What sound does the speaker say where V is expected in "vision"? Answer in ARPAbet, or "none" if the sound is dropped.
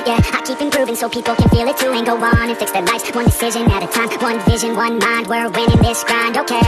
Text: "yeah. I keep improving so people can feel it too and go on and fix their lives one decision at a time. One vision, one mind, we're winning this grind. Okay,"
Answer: V